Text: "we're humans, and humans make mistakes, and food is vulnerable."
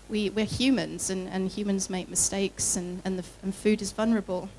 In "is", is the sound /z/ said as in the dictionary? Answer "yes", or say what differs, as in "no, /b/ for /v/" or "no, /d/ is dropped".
yes